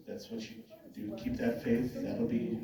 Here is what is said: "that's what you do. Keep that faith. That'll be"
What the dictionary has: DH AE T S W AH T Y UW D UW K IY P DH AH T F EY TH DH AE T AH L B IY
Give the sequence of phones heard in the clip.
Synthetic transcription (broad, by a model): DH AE T S W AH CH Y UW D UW K IY P DH AH T F EY TH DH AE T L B IY